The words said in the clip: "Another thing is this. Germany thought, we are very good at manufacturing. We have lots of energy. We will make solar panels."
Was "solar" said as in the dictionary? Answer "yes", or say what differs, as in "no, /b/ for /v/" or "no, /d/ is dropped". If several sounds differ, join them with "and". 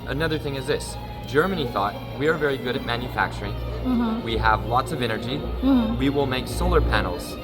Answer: yes